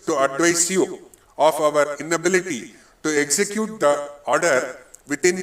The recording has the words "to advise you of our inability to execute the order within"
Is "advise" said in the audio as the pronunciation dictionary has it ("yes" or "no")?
no